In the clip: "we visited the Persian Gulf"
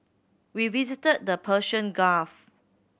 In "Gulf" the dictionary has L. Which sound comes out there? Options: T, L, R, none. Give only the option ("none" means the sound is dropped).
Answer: none